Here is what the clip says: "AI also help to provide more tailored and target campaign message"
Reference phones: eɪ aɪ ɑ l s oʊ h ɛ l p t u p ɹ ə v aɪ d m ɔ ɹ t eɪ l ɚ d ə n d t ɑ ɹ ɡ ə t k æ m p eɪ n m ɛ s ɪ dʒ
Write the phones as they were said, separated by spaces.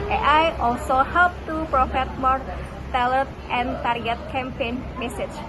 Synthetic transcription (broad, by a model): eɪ aɪ ɑ l s oʊ h ɛ l p t u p ɹ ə f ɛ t m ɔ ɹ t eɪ l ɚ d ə n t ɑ ɹ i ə t k æ m p eɪ n m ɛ s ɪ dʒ